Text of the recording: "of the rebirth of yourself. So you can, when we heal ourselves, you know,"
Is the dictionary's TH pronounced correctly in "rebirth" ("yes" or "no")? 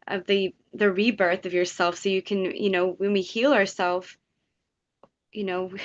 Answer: yes